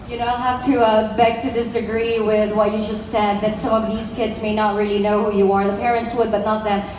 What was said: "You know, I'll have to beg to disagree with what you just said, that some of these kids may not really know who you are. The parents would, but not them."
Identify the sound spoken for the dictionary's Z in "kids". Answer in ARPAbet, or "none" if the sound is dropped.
Z